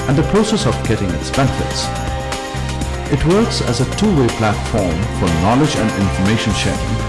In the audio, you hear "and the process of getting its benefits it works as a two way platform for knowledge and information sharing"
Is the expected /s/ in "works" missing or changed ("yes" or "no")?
no